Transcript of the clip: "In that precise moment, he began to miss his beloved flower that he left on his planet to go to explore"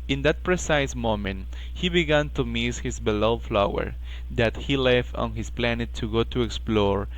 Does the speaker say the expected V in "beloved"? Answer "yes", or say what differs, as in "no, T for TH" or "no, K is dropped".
no, V is dropped